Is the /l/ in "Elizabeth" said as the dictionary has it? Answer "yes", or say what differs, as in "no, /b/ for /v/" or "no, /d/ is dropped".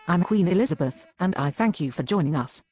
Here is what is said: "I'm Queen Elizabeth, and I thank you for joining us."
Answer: yes